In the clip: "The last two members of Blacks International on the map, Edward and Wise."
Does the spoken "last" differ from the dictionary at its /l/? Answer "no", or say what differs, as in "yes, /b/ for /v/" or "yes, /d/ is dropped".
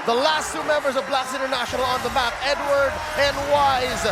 no